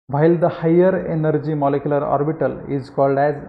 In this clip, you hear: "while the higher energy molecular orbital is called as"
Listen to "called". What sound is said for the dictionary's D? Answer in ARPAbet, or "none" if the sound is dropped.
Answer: D